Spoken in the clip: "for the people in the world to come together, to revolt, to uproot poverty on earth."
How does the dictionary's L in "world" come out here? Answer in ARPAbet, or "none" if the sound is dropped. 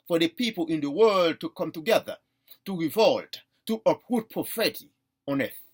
L